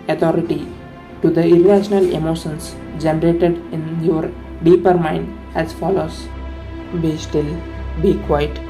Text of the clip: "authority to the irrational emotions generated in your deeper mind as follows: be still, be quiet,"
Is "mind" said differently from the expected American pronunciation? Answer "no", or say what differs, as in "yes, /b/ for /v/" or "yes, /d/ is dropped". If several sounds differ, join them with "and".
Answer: no